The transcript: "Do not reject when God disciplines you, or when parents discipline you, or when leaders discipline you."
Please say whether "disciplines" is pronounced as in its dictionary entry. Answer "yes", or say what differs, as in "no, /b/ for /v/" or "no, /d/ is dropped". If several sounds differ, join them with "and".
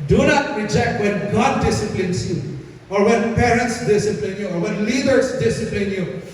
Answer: no, /s/ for /z/